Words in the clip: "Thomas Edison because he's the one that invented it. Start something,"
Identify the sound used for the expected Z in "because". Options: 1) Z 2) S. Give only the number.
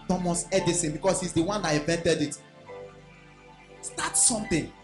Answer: 2